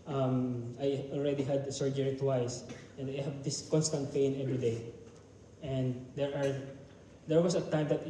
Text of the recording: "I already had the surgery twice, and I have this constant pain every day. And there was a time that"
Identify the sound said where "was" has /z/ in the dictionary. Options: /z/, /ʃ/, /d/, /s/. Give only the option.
/s/